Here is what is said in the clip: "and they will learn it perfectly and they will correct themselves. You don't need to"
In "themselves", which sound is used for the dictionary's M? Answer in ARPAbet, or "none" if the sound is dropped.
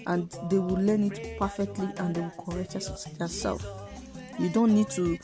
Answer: none